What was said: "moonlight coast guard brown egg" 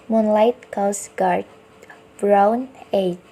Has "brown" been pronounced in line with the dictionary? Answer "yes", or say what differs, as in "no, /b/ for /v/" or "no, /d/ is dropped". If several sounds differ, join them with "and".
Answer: yes